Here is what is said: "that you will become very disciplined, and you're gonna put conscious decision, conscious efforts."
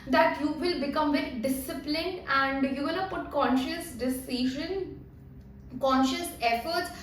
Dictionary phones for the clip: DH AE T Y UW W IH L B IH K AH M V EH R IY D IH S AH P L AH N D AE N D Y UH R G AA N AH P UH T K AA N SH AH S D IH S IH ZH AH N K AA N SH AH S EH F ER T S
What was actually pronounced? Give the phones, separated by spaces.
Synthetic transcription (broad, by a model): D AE T Y UW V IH L B IH K AH M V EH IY D IH S AH P L AH N D AE N D Y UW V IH L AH P UH T K AA N SH AH S D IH S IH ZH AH N K AA N SH AH S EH F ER T S